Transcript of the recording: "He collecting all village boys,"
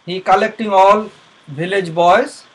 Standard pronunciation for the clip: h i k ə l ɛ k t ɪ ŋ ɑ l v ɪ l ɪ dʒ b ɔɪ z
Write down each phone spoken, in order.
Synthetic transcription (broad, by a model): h i k ə l ɛ k t ɪ ŋ ɑ l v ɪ l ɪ dʒ b ɔɪ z